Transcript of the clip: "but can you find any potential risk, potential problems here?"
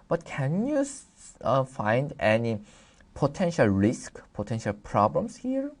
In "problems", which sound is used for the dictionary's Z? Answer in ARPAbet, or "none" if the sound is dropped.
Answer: S